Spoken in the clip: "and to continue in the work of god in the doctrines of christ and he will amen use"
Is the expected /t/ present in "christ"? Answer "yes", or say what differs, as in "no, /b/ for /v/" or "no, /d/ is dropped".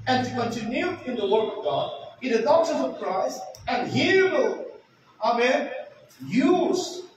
no, /t/ is dropped